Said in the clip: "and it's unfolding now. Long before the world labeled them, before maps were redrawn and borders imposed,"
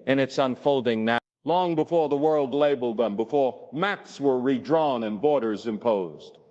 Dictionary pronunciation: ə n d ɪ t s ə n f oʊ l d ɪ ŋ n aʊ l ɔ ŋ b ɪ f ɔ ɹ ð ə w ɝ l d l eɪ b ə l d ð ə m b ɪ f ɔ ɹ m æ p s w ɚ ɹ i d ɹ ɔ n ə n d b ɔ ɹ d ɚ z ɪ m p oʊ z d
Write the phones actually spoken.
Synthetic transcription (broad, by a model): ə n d ɪ t s ə n f oʊ l d ɪ ŋ n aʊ l ɔ ŋ b ɪ f ɔ ɹ ð ə w ɝ l d l eɪ b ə l d ð ə m b ɪ f ɔ ɹ m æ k s w ɚ ɹ i d ɹ ɔ n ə n b ɔ ɹ d ɚ z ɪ m p oʊ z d